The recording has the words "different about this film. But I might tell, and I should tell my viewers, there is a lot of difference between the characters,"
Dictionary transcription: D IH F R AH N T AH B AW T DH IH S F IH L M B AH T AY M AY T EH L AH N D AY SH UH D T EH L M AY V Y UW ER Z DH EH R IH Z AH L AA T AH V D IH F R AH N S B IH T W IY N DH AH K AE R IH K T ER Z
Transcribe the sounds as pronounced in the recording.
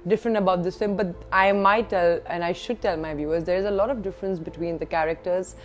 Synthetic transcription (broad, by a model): D IH F R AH N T AH B AW T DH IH S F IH M B AH T AY M AY T EH L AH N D AY SH UH D T EH L M AY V Y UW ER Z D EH R IH Z AH L AA T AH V D IH F R AH N S B IH T W IY N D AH K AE R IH K T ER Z